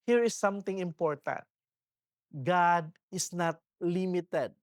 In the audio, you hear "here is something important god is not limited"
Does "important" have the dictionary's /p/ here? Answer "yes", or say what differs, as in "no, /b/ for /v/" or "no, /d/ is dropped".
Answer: yes